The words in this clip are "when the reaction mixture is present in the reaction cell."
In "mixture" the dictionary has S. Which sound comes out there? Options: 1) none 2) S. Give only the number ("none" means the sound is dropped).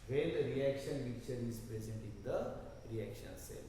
1